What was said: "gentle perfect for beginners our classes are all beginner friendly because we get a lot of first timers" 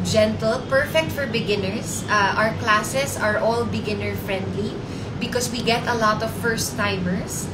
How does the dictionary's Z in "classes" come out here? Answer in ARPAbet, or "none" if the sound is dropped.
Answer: S